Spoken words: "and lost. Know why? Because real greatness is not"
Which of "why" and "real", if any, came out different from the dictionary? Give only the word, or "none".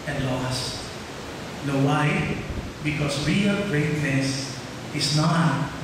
none